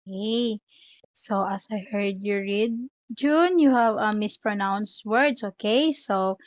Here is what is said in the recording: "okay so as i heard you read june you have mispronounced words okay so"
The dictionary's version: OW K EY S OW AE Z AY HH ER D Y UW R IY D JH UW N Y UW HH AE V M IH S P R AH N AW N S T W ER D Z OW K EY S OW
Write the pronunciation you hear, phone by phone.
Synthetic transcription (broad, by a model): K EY S OW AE S AY HH ER D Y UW R IY D JH UW N Y UW HH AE V M IH S P R AH N AW N S T W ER D S OW K EY S OW